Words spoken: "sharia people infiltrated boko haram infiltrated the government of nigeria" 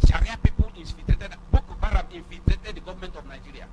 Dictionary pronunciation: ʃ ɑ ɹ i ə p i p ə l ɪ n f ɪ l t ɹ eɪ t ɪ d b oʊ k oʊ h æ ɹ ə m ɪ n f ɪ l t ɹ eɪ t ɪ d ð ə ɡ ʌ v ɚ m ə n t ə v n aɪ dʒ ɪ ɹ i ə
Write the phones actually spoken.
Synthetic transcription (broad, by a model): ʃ ɑ ɹ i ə p i p ə l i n f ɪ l t ɹ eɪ t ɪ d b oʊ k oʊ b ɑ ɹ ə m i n f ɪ l t ɹ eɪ t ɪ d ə ɡ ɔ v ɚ m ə n t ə f n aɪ dʒ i ɹ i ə